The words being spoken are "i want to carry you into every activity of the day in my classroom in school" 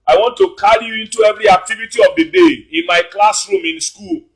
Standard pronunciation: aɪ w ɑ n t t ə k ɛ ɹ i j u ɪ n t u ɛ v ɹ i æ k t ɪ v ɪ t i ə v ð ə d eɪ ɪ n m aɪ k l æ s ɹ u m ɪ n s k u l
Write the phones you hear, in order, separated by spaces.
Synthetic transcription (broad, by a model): aɪ w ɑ n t t ə k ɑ ɹ i j u ɪ n t u ɛ v ɹ i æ k t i v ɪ t i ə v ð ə d eɪ ɪ n m aɪ k l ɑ s ɹ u m ɪ n s k u l